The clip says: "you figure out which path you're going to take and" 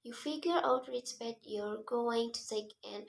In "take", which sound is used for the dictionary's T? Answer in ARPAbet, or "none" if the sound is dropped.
S